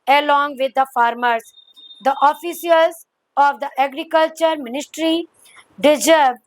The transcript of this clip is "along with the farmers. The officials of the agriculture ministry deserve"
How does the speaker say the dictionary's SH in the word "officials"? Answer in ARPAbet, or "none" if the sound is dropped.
S